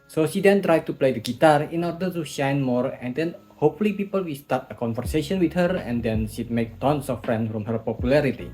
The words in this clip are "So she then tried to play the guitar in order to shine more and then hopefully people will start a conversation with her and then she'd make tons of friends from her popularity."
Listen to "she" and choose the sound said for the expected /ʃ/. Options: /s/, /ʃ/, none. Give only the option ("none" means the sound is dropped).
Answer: /ʃ/